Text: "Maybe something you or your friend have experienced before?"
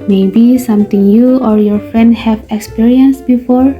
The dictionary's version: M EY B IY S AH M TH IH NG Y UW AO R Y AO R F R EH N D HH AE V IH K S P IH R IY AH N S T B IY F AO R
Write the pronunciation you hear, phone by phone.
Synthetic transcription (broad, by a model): M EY B IY S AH M T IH NG Y UW AO R Y AO R F R EH N D HH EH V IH K S P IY R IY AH N S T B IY F AO R